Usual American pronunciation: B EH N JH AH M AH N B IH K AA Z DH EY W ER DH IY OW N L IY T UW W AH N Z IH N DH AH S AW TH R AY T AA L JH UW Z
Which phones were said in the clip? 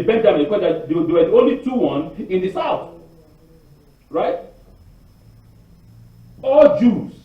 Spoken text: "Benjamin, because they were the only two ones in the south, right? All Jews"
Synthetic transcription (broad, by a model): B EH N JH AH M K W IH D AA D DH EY W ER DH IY OW N L IY T UW W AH N IH N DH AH S AW TH R AY T AA L JH UW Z